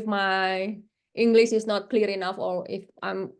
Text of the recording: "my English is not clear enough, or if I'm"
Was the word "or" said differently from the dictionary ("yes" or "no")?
yes